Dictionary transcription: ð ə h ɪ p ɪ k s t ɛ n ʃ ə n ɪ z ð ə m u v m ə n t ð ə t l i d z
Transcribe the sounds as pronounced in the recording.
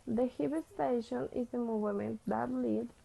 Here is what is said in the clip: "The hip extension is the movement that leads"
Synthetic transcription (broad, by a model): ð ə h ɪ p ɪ s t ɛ ʃ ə n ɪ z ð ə m u v m ə n t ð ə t l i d